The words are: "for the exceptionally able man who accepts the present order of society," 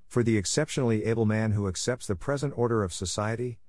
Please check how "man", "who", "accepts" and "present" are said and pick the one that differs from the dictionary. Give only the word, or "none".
none